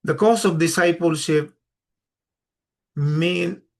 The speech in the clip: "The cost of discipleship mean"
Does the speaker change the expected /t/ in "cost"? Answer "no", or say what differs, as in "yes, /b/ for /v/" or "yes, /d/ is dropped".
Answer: yes, /t/ is dropped